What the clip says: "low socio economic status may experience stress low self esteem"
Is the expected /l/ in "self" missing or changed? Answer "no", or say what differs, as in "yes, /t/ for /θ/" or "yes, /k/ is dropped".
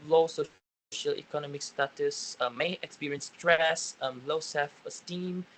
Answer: yes, /l/ is dropped